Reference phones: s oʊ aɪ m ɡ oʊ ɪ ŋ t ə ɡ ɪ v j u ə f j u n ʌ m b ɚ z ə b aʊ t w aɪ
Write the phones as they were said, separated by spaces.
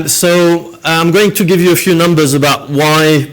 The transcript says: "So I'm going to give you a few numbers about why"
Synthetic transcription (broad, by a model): s oʊ aɪ m ɡ oʊ ɪ ŋ t ə ɡ ɪ v j ə f j u n ʌ m b ɚ z ə b aʊ t w aɪ